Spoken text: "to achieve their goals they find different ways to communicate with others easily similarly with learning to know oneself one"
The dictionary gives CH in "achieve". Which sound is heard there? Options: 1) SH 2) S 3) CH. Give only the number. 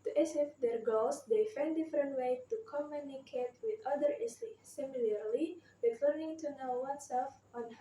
2